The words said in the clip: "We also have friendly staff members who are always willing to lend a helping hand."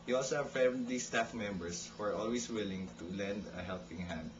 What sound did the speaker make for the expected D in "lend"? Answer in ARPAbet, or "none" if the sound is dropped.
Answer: D